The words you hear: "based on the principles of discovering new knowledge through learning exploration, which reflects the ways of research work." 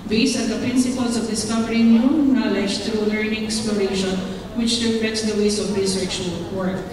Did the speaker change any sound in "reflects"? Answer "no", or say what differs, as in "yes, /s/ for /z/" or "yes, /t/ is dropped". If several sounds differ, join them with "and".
yes, /l/ is dropped